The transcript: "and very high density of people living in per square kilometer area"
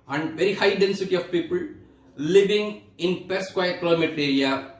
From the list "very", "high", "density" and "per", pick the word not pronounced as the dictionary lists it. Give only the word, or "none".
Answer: none